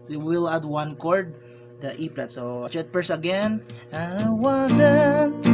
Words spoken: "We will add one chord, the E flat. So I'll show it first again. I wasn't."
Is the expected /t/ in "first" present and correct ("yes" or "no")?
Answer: no